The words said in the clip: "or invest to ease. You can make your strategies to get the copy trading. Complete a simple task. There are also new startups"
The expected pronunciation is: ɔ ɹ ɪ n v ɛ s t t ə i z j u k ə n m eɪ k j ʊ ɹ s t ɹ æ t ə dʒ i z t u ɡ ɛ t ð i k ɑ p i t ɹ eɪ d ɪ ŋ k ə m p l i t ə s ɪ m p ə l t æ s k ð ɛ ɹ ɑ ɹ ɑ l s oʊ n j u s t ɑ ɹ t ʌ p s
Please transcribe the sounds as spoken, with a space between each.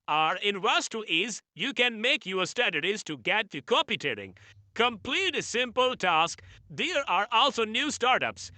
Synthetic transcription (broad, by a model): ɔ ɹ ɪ n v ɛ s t t i z j u k ə n m eɪ k j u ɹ s t æ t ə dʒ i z t u ɡ ɛ t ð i k ɑ p i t eɪ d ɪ ŋ k ə m p l i t s ɪ m p ə l t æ s k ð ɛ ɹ ɑ ɹ ɑ l s oʊ n j u s t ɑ ɹ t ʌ p s